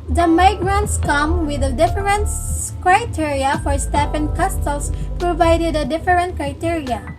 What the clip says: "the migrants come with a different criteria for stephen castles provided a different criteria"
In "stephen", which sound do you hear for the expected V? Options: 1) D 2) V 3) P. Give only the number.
3